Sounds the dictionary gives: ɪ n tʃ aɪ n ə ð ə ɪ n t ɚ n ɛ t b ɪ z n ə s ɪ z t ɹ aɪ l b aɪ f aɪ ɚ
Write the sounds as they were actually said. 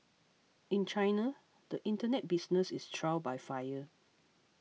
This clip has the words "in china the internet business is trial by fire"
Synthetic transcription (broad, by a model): ɪ n tʃ aɪ n ə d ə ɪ n t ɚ n ɛ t b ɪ s n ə s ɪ s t ɹ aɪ w b aɪ f aɪ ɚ